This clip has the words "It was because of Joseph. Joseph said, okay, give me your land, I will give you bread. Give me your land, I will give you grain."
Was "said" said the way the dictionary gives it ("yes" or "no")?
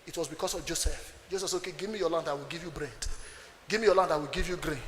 no